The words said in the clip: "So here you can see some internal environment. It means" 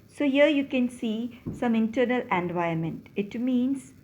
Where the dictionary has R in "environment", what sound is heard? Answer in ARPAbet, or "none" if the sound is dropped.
none